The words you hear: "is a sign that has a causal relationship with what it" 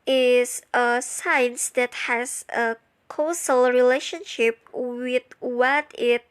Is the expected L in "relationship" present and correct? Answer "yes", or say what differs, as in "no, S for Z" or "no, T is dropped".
yes